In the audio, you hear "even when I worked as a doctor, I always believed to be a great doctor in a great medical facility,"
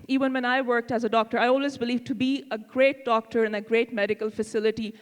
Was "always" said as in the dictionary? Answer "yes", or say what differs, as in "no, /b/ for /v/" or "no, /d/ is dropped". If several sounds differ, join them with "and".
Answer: yes